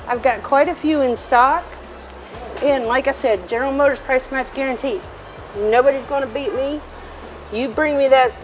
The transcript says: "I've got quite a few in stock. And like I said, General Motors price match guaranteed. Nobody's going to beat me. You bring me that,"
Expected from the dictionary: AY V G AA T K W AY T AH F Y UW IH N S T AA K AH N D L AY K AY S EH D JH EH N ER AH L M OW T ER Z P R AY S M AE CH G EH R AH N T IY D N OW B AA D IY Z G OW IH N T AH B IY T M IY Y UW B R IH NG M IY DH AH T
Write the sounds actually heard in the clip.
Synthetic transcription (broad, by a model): AY V G AA T K W AY T AH F Y UW IH N S T AA K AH N L AY K AY S EH D JH EH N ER L M OW T ER Z P R AY S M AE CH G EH R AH N T IY N OW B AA D IY Z G OW IH N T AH B IY T M IY Y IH B R IH NG M IY DH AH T